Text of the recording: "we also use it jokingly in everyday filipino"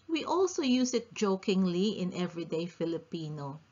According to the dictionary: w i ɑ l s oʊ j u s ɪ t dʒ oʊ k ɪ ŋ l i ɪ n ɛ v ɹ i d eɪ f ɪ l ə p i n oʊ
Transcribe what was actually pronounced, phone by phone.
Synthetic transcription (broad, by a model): w i ɑ l s oʊ j u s ɪ t dʒ oʊ k ɪ ŋ l i ɪ n ɛ v ɹ i d eɪ f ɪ l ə p i n oʊ